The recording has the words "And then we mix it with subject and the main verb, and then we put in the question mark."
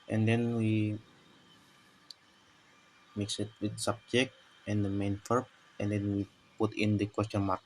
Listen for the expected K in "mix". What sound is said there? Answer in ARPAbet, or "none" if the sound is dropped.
K